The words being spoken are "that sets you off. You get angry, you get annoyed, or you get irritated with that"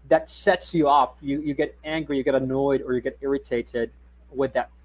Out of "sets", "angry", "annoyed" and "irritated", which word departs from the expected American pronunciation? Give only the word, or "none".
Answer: none